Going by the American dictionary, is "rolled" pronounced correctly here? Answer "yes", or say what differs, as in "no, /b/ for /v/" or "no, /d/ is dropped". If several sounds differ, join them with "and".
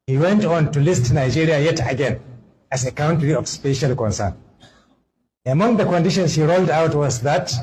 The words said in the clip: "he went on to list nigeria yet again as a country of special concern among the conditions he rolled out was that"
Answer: yes